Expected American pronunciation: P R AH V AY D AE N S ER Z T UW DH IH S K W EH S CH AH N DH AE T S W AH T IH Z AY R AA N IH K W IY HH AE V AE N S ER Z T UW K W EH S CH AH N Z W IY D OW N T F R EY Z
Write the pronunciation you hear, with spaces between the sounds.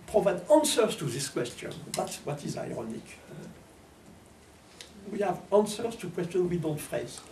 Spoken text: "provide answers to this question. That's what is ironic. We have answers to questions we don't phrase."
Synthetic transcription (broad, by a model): P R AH V AY D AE N S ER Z T UW DH IH S K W EH S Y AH N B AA T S W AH T IH Z AY R AA N IH K W IY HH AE V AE N S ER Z T UW K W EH S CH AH N W IY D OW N T F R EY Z